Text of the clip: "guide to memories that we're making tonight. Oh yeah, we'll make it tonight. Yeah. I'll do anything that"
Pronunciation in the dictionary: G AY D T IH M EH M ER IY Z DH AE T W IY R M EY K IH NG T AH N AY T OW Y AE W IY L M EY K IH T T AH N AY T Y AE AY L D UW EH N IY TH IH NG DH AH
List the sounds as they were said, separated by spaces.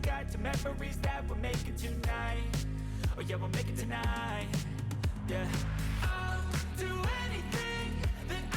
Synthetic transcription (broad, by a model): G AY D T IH M EH M ER IY Z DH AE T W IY L M EY K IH T AH N AY T OW Y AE W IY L M EY K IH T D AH N AY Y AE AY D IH EH N IY TH IH NG DH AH